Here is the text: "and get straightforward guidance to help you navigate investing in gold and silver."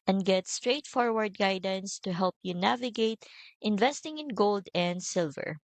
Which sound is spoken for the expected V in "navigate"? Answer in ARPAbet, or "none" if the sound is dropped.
V